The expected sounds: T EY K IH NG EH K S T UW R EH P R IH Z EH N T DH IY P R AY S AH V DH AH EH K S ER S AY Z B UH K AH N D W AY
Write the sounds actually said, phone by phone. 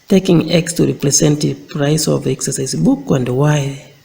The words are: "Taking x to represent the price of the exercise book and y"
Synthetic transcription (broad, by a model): T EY K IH NG EH K S T UW R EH P R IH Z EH N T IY P R AY S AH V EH K S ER S AY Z B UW K AH N D W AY